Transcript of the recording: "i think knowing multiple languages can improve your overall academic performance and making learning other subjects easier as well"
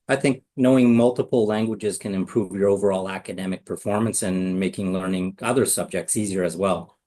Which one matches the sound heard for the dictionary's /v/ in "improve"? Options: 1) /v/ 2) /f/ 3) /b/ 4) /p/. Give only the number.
1